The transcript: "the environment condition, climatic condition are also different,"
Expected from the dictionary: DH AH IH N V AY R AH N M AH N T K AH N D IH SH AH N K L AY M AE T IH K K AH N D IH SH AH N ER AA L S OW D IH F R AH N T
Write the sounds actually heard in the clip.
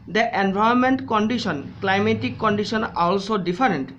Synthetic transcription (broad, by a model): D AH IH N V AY AH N M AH N T K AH N D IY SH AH N K L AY M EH T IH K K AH N D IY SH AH N AA L S OW D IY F R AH N T